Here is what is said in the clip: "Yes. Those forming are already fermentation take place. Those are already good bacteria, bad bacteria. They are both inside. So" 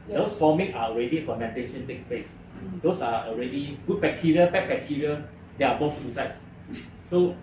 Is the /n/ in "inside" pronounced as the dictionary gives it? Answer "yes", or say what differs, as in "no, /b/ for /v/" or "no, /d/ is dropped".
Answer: no, /n/ is dropped